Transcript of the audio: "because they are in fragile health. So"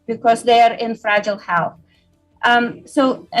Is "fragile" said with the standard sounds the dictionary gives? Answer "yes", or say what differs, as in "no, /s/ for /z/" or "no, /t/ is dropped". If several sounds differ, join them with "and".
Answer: yes